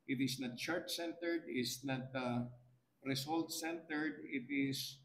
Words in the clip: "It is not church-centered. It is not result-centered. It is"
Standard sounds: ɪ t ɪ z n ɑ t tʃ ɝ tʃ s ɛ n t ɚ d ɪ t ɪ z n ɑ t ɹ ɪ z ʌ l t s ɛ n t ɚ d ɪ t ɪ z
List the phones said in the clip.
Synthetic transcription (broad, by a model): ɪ t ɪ s n ɑ t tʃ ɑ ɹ s ɛ n t ɚ d ɪ t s n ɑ t ɹ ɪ s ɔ l t s ɛ n t ɚ d ɪ t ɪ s